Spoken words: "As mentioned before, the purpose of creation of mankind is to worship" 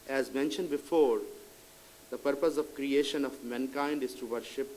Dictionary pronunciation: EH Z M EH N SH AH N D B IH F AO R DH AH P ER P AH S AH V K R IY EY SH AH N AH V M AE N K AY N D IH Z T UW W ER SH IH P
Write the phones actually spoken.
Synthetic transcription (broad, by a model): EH Z M EH N SH AH N D B IH F AO R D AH P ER P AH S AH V K R IY EY SH AH N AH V M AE N K AY N D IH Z T UW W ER SH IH P